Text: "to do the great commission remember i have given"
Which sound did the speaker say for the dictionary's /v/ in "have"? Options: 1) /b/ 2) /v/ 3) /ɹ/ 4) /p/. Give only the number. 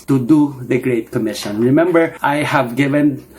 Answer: 2